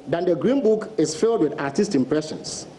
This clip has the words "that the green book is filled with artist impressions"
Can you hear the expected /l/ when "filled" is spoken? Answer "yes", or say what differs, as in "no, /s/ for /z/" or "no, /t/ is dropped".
yes